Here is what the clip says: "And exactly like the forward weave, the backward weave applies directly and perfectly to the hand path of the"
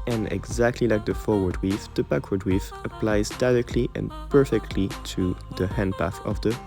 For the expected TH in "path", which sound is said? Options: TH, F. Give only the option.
TH